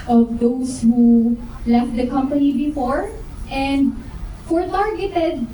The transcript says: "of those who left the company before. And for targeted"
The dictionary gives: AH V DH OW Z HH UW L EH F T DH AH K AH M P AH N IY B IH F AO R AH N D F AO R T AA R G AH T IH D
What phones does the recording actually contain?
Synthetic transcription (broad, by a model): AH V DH OW S HH UW L EH F T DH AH K AH M P AH N IY B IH F AO R AH N D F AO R T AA R G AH T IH D